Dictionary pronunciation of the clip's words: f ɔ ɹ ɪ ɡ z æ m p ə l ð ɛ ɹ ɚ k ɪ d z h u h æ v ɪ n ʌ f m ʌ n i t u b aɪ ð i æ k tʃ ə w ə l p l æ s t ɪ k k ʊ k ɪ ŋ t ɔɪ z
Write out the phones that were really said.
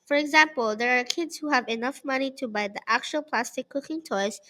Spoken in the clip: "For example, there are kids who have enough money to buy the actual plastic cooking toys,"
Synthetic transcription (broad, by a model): f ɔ ɹ ɪ ɡ z æ m p ə l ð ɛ ɹ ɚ k ɪ d z h u h æ v ɪ n ʌ f m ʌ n i t u b aɪ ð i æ k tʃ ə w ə l p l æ s t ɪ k k ʊ k ɪ ŋ t ɔɪ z